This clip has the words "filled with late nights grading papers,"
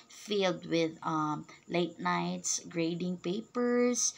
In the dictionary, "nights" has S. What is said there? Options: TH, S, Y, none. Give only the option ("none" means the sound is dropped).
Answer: S